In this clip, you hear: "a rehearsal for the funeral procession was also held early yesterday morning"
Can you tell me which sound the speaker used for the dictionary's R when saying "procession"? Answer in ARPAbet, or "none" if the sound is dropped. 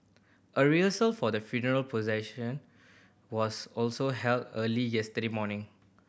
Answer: none